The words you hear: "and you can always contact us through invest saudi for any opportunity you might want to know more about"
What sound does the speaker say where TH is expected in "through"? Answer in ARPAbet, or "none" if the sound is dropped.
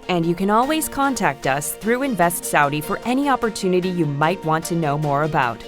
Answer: TH